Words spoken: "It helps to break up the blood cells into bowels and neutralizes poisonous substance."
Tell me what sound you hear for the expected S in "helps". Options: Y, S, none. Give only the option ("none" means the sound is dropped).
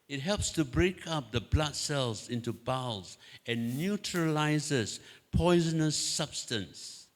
S